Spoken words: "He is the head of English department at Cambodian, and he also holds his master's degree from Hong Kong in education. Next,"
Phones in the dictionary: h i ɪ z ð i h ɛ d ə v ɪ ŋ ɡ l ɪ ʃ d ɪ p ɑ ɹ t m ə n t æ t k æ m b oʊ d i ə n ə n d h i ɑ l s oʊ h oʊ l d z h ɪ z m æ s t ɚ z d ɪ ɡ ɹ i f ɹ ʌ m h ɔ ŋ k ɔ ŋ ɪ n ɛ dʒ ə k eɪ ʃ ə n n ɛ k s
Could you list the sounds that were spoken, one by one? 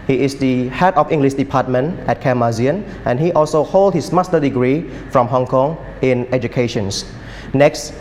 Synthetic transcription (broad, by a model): h i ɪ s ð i h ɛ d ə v ɪ ŋ ɡ l ɪ ʃ d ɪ p ɑ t m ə n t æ t k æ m ɑ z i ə n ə n h i ɑ l s oʊ h oʊ l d h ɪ s m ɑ s t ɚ d ɪ ɡ ɹ i f ɹ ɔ m h ɔ ŋ k ɔ ŋ ɪ n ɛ dʒ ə k eɪ ʃ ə n n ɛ k s